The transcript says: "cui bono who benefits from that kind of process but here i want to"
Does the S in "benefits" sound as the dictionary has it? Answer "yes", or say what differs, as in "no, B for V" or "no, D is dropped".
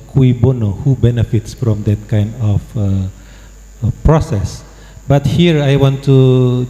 yes